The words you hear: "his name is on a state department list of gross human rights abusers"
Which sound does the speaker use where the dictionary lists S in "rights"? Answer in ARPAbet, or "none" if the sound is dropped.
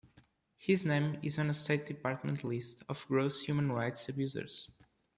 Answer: S